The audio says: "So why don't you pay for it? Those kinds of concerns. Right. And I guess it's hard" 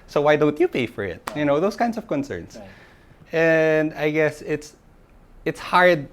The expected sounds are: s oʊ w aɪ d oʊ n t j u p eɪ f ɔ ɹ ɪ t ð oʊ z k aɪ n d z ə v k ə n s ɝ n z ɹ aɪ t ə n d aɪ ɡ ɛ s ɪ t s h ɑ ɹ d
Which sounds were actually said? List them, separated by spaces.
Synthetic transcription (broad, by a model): s oʊ w aɪ d oʊ n t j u p eɪ f ɔ ɹ ɪ t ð oʊ s k aɪ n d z ə v k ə n s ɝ n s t ə n d aɪ ɡ ɛ s ɪ t s h ɑ ɹ d